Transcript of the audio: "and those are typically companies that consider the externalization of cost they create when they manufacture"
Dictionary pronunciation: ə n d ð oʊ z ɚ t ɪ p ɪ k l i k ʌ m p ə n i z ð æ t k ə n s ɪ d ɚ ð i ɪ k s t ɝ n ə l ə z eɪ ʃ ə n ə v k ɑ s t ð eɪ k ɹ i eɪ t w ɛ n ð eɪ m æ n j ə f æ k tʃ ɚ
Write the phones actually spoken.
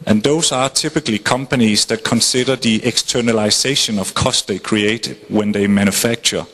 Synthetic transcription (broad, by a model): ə n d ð oʊ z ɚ t ɪ p ɪ k l i k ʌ m p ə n i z ð æ t k ə n s ɪ d ɚ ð i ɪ k s t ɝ n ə l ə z eɪ ʃ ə n ə v k ɑ s t ð eɪ k ɹ i eɪ t w ɛ n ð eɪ m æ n j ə f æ k tʃ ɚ